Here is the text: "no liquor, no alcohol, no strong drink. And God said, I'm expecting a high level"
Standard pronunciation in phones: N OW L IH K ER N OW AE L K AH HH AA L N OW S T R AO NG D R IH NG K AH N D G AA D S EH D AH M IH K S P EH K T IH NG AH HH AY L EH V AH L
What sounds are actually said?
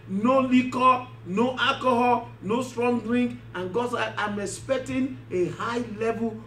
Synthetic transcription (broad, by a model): N OW L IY K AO N OW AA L K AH HH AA N OW S T R AO NG D R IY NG K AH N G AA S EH AH M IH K S P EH K T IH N AH HH AY L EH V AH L